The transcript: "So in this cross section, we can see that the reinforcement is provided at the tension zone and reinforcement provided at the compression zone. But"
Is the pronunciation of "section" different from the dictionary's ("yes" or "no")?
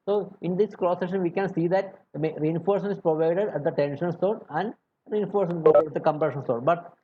yes